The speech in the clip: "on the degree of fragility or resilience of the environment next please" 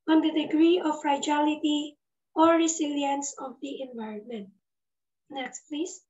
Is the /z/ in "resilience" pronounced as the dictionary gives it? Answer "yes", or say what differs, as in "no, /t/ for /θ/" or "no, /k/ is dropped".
no, /s/ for /z/